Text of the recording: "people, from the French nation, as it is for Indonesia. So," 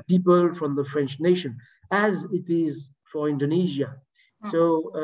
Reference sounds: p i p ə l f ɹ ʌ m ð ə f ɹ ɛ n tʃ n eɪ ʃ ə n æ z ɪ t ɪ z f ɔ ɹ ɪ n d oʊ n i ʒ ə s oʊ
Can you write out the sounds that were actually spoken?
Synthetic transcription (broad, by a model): p i p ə l f ɹ ʌ m ð ə f ɹ ɛ n tʃ n eɪ ʃ ə n æ z ɪ t ɪ z f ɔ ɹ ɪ n d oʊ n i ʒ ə s oʊ